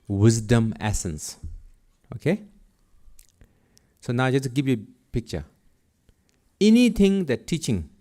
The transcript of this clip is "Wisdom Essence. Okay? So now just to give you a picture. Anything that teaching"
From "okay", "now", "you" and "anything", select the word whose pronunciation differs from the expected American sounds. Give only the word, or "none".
anything